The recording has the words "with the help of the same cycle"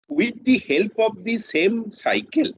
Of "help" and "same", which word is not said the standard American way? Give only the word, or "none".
none